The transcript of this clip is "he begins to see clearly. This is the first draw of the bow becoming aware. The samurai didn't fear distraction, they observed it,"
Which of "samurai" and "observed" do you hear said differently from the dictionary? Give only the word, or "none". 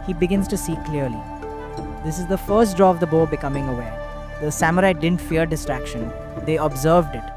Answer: none